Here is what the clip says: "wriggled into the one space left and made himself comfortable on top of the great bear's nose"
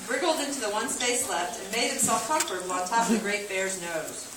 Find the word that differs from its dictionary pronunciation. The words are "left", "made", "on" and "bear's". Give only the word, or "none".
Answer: on